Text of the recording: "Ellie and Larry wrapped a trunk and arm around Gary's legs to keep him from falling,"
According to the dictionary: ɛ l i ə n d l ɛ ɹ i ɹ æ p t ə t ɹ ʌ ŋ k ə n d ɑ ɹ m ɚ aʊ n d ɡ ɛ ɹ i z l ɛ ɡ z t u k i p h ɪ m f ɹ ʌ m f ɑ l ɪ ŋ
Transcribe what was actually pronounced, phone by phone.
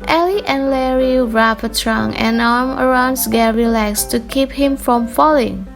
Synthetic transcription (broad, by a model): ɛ l i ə n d l ɛ ɹ i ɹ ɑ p ə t ɹ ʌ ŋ ə n ɑ ɹ m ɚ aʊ n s ɡ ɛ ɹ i l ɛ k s t u k i p h ɪ m f ɹ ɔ m f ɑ l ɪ ŋ